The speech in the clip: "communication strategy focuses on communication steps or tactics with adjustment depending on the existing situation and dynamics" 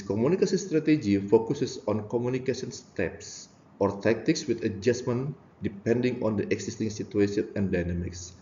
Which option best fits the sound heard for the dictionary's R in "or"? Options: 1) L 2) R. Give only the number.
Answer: 2